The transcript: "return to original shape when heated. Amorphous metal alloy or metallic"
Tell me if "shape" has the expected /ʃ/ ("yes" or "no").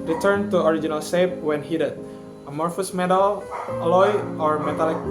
no